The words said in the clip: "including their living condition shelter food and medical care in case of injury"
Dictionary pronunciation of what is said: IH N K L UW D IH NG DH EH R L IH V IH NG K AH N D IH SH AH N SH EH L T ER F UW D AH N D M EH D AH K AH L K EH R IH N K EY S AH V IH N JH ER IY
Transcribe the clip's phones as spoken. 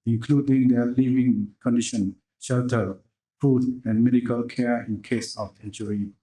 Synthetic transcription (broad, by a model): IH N K L UW D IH NG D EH L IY V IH NG K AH N D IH SH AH N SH EH L T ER F UW D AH N M EH D AH K AH L K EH IH N K EY S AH F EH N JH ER IY